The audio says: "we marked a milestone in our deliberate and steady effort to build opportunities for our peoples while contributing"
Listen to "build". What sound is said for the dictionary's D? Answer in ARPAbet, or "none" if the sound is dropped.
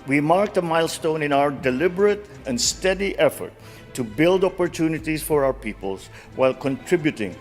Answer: D